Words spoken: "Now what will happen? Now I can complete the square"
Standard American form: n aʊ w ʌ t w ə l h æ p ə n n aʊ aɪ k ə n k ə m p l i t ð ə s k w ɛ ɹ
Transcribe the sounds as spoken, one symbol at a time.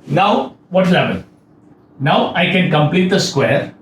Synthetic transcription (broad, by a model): n aʊ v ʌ t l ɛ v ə l n aʊ aɪ k ə n k ə m p l i t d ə s k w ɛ ɹ